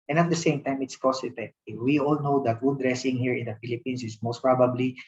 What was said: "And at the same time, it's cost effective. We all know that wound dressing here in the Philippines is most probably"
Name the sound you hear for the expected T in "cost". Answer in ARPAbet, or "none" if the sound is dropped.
none